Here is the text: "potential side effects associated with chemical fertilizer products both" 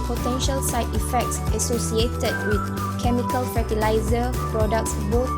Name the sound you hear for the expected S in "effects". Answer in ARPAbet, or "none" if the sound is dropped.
S